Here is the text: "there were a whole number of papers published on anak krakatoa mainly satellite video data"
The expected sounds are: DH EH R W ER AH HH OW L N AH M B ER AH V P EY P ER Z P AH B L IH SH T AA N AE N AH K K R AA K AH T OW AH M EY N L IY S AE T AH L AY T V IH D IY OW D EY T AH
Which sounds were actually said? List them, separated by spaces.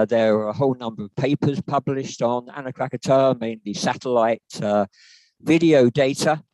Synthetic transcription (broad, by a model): DH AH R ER AH HH OW L N AH M B ER AH V P EY P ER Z P AH B L IH SH T N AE N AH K K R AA K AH T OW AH M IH N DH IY S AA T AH L AY T V IH D IY OW D EY T AH